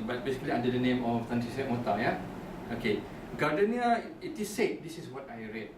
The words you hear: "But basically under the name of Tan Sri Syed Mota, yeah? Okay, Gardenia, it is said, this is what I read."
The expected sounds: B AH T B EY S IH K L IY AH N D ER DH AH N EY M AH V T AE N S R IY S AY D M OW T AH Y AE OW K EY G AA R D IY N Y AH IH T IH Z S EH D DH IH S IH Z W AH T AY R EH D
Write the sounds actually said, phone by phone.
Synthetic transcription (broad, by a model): B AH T B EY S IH K L IY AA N D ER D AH N EY M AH F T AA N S IY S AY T M OW T AH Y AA OW K EY G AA D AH N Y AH IH T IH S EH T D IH S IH S W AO T AY R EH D